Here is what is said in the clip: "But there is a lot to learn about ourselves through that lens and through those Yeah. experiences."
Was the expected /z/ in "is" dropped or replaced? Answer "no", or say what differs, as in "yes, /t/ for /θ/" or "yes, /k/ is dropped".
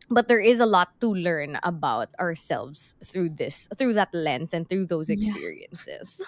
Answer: no